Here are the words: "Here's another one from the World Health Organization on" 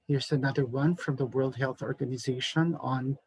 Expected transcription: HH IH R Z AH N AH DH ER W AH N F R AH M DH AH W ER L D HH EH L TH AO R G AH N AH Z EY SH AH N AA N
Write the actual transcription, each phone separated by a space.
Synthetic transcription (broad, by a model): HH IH R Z AH N AH DH ER W AH N F R AH M DH AH W ER L D HH EH L TH AO R G AH N AH Z EY SH AH N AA N